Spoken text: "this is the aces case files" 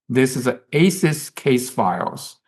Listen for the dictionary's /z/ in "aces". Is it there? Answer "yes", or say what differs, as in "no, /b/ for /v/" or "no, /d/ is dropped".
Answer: no, /s/ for /z/